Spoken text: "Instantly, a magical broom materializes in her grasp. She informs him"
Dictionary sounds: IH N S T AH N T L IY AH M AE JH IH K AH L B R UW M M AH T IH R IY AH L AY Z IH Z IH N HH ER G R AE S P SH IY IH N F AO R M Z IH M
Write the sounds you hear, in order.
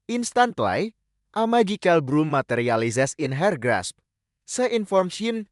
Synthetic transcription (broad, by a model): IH N S T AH N T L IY AH M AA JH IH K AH L B R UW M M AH T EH R IY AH L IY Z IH S IH N HH ER G R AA S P S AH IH N F AO R M S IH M